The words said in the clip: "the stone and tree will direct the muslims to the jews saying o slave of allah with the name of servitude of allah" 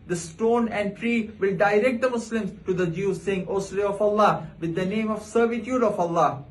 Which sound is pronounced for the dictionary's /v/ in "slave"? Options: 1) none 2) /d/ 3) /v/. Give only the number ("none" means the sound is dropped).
1